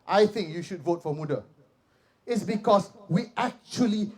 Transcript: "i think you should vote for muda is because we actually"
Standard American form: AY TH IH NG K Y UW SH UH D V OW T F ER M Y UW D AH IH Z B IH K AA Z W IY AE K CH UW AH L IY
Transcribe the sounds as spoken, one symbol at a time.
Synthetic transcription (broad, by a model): AY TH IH NG K Y UW SH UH D V OW T F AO M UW D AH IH S B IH K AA S W IY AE K CH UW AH L IY